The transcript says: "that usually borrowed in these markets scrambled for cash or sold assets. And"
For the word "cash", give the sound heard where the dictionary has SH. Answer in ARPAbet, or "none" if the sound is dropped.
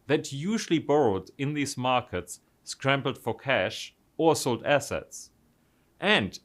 SH